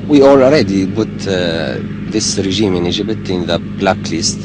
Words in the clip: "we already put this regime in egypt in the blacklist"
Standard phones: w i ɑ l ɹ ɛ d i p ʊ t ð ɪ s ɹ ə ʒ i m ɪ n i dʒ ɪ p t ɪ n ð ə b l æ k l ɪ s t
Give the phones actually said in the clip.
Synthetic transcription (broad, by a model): w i ɑ l ɹ ɛ d i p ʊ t ð ɪ s ɹ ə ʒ i m ɪ n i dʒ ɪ b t ɪ n ð ə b l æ k l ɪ s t